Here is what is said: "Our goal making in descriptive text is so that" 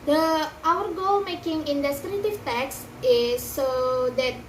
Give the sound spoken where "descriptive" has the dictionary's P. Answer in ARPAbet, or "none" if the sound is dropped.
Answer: none